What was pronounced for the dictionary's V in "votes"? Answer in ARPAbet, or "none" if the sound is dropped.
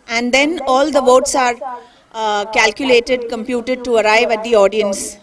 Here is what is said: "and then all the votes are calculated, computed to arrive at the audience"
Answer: V